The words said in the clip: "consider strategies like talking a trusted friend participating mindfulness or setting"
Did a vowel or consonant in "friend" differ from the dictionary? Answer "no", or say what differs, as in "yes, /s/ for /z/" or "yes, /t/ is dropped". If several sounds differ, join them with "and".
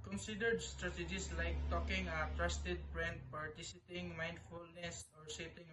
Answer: yes, /p/ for /f/